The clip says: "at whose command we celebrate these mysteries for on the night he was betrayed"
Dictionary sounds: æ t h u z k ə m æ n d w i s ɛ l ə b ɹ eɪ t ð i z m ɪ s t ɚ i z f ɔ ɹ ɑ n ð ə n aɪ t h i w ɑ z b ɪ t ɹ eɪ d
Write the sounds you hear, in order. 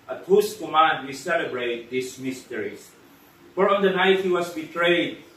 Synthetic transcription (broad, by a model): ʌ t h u s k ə m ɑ n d w i s ɛ l ə b ɹ eɪ t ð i s m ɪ s t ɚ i s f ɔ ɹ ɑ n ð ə n aɪ t h i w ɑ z b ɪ t ɹ eɪ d